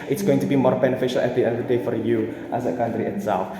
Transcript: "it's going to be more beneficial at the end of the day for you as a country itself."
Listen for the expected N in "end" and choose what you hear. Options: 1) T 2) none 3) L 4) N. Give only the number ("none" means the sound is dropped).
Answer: 2